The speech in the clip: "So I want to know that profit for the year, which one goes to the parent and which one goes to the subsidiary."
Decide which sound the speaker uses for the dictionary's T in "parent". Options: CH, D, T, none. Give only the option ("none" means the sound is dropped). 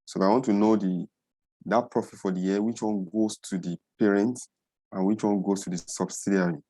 T